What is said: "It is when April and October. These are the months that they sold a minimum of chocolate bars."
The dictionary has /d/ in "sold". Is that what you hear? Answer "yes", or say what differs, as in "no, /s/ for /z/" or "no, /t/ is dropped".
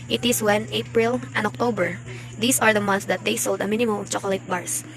yes